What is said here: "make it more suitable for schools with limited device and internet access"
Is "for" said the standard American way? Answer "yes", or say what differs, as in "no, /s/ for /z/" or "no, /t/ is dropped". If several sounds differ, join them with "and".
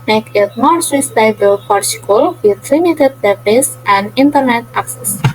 no, /p/ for /f/